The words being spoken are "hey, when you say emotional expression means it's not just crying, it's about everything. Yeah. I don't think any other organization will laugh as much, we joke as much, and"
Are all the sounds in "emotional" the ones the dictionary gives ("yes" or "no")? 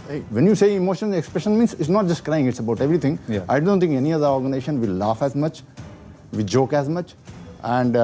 no